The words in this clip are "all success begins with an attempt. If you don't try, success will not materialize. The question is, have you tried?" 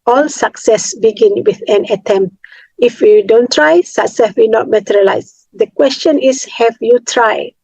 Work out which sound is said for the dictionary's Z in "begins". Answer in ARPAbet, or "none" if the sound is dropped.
none